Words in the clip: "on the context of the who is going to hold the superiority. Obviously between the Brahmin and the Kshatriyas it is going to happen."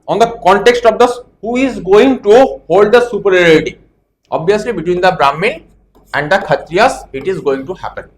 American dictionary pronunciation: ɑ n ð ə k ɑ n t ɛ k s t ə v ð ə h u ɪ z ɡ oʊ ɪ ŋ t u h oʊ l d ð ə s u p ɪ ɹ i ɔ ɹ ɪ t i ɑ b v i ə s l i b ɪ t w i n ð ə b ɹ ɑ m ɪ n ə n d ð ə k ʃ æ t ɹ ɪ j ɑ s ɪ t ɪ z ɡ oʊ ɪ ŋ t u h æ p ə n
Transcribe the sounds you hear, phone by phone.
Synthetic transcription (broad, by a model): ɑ n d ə k ɑ n t ɛ k s t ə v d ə h u ɪ z ɡ oʊ ɪ ŋ t u h oʊ l d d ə s u p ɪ ɹ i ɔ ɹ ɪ t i ɑ b v i ə s l i b ɪ t w i n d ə b ɹ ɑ m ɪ ə n d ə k ʌ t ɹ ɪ j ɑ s ɪ t ɪ z ɡ oʊ ɪ ŋ t u h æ p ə n